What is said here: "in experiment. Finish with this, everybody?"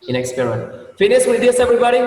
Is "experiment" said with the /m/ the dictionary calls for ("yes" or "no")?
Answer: no